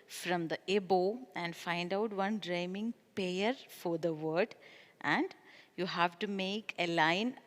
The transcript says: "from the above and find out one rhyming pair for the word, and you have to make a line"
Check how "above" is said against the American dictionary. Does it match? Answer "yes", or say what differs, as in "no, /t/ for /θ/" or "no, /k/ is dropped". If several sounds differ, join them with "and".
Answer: no, /v/ is dropped